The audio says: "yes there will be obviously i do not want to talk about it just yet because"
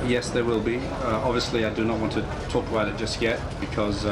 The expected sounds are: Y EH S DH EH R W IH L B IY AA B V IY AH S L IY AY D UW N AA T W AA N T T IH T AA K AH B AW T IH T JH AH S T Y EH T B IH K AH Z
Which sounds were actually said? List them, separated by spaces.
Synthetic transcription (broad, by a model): Y EH S DH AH R W IH L B IY AA B V IY AH S L IY AY D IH N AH T W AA N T T IH T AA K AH IH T IH T JH AH S T Y EH T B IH K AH Z